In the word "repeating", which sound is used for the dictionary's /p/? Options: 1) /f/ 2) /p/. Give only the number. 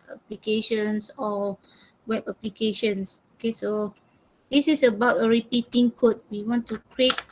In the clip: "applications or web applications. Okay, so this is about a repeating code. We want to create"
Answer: 2